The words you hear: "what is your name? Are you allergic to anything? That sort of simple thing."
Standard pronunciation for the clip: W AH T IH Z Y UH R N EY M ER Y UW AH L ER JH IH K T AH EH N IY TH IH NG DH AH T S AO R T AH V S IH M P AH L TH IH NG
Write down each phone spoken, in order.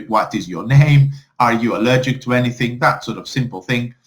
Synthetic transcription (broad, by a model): W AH T IH Z Y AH R N EY M ER Y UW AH L ER JH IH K T AH EH N IY TH IH NG DH AH T S AO R T AH V S IH M P AH L TH IH NG